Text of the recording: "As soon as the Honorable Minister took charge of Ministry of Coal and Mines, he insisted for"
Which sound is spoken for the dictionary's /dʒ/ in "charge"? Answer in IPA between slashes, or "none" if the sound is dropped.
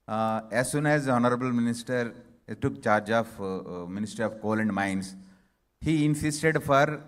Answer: /dʒ/